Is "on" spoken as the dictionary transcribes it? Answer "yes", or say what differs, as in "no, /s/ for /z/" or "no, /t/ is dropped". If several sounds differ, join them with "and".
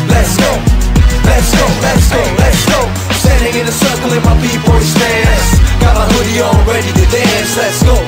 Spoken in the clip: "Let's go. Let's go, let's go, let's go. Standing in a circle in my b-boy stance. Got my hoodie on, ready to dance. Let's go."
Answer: no, /l/ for /n/